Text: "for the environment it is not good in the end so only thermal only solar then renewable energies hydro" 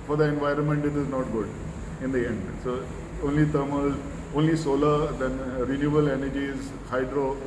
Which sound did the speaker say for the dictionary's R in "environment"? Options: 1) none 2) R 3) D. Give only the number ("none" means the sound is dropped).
2